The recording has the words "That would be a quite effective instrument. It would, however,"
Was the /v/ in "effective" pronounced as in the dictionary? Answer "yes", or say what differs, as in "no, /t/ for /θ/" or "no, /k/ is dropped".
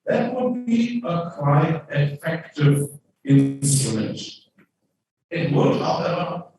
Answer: yes